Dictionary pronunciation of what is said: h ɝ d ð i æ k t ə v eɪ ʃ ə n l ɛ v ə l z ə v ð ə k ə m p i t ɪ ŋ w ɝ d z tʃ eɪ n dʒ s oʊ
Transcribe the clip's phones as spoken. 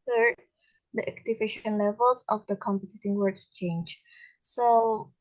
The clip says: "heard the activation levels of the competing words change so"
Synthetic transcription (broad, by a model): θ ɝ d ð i æ k t ə v eɪ ʃ ə n l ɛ v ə l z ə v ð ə k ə m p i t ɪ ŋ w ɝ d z tʃ eɪ n dʒ s oʊ